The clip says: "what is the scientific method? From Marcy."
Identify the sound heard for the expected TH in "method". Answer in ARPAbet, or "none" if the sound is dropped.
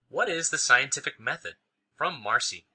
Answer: TH